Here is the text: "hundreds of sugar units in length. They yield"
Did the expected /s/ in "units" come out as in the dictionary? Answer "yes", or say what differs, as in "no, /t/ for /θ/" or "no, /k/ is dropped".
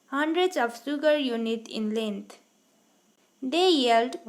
no, /s/ is dropped